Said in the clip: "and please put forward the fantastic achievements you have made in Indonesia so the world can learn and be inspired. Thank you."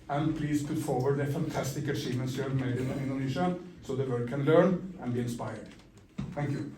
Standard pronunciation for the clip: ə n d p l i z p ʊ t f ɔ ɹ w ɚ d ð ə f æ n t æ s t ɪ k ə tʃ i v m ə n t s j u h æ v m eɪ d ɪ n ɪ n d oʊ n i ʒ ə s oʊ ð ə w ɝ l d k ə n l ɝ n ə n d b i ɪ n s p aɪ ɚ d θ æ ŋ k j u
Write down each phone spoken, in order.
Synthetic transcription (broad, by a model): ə n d p l i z p ʊ t f ɔ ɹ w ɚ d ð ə f æ n t æ s t ɪ k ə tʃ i m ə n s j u m eɪ d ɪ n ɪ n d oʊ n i ʃ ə s oʊ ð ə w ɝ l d k ə n l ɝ n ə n b i ɪ n s p aɪ ɚ d θ æ ŋ k j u